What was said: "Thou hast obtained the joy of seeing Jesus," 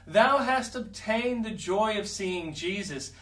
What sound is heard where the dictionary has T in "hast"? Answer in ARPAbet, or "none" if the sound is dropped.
T